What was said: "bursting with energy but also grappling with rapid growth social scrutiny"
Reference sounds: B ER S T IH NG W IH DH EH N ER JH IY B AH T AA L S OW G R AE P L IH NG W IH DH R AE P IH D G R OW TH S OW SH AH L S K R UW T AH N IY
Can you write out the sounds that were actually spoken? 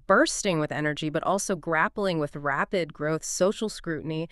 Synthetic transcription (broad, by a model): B ER S T IH NG W IH DH EH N ER JH IY B AH T AA L S OW G R AE P L IH NG W IH DH R AE P IH D G R OW TH S OW SH L S K R UW T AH N IY